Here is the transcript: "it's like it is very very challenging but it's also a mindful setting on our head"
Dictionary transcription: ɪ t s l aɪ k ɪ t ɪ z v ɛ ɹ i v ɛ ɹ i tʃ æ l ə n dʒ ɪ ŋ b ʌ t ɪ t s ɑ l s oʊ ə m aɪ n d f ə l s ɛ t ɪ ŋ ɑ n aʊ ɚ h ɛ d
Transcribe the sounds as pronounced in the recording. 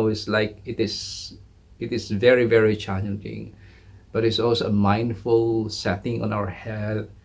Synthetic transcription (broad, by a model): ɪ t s l aɪ k ɪ t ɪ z v ɛ ɹ i v ɛ ɹ i tʃ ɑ n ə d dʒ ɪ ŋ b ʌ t ɪ t s ɑ l s oʊ ə m aɪ n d f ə l s ɛ t ɪ ŋ ɑ n aʊ ɚ h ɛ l